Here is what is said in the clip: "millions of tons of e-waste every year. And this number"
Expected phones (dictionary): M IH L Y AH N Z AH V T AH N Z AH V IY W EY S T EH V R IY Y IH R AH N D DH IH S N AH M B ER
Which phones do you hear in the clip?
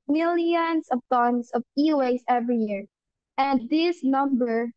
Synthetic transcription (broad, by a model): M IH L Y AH N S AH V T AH N S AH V IY W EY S EH V R IY Y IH R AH N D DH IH S N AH M B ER